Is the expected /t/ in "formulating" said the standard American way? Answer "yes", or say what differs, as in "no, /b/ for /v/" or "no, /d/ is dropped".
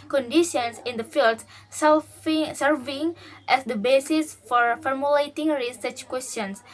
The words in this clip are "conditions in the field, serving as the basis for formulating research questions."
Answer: yes